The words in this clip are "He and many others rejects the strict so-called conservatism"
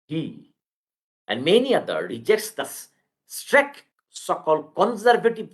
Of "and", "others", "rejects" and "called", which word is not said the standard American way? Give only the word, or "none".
others